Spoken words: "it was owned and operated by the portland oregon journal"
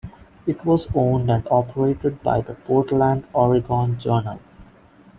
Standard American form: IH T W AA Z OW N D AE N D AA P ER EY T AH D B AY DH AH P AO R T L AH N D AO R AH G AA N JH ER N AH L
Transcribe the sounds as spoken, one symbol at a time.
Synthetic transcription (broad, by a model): IH T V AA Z OW N D AE N D AA P ER EY T AH D B AY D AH P AO R T L AH N D AO R AH G AA N JH ER N AH L